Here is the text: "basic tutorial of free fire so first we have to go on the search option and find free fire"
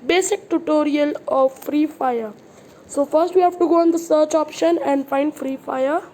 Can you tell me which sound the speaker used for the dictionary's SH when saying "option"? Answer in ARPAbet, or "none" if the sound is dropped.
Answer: SH